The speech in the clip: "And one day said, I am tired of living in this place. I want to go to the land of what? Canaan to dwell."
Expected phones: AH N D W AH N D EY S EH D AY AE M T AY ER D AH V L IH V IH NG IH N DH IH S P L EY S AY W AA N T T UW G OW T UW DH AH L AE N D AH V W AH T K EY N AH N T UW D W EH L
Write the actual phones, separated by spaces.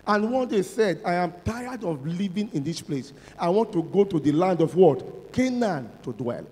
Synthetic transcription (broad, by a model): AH N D W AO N D EY S EH D AY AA M T AY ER D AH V L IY V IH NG IH N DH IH S P L EY S AY W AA N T T UW G OW T UW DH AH L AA N D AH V W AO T K EY N AH N T UW D W EH L